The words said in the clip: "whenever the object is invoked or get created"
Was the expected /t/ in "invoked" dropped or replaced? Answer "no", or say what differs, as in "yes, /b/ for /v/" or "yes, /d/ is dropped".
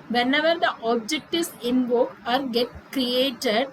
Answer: yes, /t/ is dropped